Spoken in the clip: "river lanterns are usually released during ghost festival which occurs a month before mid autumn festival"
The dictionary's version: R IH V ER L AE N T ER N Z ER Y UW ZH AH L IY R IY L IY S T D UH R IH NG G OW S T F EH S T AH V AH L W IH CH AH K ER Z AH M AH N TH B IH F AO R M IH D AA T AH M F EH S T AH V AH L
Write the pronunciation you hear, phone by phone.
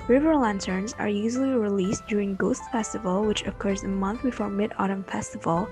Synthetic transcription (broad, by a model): R IH V ER L AE N T ER N Z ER Y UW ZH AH L IY R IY L IY S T D UH R IH NG G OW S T F EH S T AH V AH L W IH CH AH K ER Z AH M AH N TH B IH F AO R M IH D AA T AH M F EH S T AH V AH L